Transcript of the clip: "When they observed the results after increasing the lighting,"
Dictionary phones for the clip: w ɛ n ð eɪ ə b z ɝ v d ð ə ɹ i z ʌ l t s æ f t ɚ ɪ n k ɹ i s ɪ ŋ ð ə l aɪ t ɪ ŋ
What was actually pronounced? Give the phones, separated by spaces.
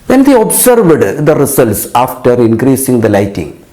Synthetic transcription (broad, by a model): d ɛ n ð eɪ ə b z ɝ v d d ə ɹ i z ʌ l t s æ f t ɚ ɪ n k ɹ i s ɪ ŋ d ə l aɪ t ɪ ŋ